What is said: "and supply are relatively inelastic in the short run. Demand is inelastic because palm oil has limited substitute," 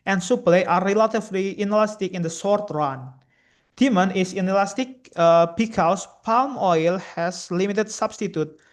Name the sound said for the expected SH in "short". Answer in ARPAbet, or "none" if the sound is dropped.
S